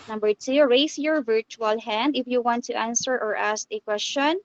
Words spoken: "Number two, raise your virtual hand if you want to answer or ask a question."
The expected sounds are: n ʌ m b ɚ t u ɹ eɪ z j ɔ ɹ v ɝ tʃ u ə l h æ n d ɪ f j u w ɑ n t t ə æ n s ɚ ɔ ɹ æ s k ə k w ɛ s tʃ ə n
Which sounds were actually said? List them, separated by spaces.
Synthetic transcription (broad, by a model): n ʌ m b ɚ t u ɹ eɪ s j ɔ ɹ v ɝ tʃ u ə l h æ n d ɪ f j u w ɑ n t t ə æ n s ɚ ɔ ɹ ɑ s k ə k w ɛ s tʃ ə n